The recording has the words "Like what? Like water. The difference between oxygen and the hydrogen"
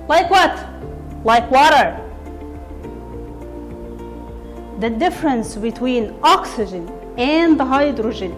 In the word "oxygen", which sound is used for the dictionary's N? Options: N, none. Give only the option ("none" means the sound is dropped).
N